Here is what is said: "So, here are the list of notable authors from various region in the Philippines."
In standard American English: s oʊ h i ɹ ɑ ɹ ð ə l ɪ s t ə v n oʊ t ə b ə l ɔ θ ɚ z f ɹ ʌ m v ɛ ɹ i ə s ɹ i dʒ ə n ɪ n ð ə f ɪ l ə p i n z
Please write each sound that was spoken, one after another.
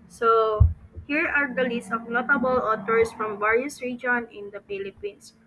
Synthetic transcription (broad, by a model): s oʊ h i ɹ ɑ ɹ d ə l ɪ s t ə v n oʊ t ə b ə l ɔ t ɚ s f ɹ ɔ m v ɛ ɹ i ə s ɹ i dʒ ə n ɪ n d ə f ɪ l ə p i n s